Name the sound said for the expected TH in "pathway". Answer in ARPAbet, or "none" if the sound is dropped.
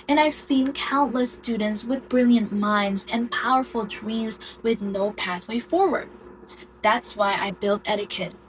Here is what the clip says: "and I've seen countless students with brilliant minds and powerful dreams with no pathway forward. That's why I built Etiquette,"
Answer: TH